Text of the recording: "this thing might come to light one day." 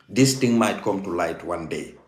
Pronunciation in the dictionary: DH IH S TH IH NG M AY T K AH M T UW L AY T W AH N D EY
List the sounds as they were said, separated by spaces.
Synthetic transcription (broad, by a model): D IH S T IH NG M AY T K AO M T UW L AY T W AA N D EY